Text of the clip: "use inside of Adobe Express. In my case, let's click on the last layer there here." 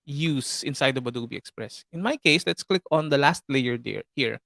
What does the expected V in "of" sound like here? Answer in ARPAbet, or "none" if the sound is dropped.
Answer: B